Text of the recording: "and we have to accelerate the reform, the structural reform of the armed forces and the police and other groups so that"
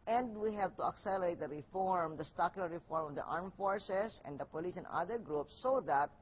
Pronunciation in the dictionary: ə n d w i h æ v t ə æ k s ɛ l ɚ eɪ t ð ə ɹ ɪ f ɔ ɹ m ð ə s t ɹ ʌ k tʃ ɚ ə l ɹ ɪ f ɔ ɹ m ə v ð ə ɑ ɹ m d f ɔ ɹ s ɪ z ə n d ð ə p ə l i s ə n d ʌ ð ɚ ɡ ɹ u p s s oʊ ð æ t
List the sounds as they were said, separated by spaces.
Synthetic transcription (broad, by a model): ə n d w i h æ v t ə æ k s ɛ l ɚ eɪ t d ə ɹ ɪ f ɔ ɹ m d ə s t ɑ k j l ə ɹ ɪ f ɔ ɹ m ə v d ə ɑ ɹ m f ɔ ɹ s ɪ s ə n d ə p ə l i s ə n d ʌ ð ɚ ɡ ɹ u p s s oʊ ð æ t